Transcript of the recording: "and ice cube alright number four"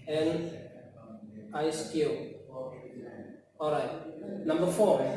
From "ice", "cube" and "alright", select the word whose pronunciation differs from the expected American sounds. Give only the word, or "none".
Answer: cube